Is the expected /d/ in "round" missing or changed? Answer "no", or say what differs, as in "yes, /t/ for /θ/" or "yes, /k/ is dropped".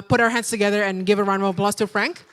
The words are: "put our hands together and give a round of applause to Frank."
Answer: yes, /d/ is dropped